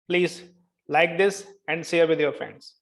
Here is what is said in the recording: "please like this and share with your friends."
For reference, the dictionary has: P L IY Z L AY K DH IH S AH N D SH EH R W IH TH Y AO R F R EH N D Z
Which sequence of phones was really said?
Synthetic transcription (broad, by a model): P L IY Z L AY K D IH S AH N D S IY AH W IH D Y AO R F R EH N D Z